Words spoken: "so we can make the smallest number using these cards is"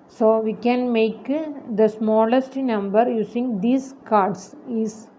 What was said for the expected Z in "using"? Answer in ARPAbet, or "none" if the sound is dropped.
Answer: S